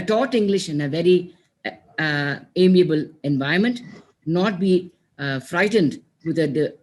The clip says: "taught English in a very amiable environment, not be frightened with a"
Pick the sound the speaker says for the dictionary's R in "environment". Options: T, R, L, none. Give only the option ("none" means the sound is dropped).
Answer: none